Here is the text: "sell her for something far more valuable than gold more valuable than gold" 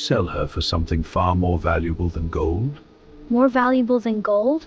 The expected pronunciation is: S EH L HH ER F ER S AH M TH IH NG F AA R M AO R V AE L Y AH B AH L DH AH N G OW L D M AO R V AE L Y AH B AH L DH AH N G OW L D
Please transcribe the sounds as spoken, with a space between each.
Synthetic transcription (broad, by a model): S EH L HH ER F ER S AH M TH IH NG F AA R M AO R V AE L Y AH B AH L DH AH N G OW L D M AO R V AE L Y AH B AH L DH AH N G OW L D